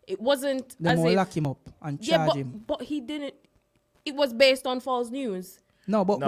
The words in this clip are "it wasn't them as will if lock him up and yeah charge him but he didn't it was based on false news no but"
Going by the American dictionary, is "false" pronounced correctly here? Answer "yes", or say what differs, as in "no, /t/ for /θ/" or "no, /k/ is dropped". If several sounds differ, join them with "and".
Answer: yes